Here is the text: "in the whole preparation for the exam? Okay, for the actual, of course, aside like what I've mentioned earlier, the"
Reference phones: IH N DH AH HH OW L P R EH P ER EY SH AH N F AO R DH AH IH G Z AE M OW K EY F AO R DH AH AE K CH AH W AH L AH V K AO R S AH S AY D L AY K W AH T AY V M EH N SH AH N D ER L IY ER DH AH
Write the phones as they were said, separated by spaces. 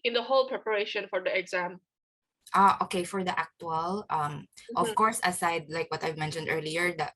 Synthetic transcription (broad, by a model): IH N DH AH HH OW L P R EH P ER EY SH AH N F AO R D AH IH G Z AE M OW K EY F AO R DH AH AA K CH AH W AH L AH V K AO R S AH S AY D L AY K W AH T AY V M EH N SH AH N D ER L IY ER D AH